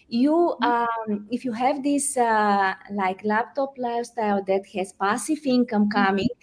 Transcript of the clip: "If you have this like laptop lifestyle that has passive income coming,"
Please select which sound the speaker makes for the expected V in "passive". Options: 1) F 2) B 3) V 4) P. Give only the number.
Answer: 1